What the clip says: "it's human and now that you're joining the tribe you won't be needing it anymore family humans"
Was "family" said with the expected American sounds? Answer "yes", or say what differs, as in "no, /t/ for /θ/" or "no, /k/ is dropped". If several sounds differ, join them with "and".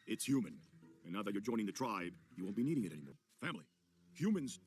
yes